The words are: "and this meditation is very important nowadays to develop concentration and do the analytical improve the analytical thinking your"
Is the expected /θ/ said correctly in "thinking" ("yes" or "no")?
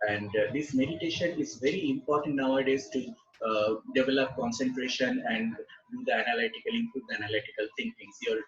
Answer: no